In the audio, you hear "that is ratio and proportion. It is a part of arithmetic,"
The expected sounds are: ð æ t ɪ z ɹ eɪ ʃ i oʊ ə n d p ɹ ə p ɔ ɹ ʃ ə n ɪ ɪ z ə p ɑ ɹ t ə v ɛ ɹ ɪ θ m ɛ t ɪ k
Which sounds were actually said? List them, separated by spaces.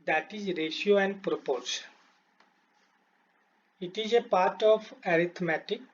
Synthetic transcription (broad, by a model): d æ t ɪ z ɹ eɪ ʃ i oʊ ə n d p ɹ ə p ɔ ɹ s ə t ɪ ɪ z ə p ɑ ɹ t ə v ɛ ɹ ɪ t m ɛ t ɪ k